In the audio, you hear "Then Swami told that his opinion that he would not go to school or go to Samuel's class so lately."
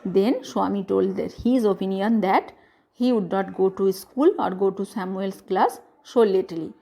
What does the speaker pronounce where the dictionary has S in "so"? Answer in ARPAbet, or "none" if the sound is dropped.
SH